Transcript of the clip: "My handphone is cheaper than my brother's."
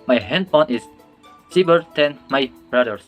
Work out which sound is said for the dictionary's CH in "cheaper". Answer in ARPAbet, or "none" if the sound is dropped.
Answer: S